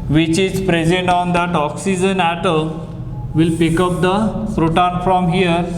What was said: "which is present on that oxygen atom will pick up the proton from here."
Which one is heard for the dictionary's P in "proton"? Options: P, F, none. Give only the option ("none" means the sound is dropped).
F